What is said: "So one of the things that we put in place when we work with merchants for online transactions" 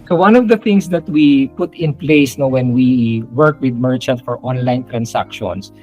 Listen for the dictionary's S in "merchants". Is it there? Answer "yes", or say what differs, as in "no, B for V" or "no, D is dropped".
no, S is dropped